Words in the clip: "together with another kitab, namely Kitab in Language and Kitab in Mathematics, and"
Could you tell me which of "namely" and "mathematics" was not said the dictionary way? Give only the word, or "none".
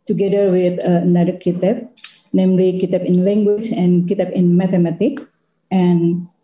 mathematics